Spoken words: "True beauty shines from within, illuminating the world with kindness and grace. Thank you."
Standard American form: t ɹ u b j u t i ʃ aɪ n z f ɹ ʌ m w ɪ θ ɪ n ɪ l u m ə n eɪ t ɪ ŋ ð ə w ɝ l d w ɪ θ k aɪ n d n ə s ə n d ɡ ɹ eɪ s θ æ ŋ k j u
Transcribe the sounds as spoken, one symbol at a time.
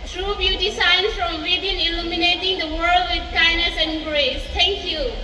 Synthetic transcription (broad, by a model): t ɹ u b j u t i s aɪ n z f ɹ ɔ m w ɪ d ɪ n ɪ l u m ə n eɪ t ɪ ŋ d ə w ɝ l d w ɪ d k aɪ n n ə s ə n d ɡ ɹ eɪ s t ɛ ŋ k j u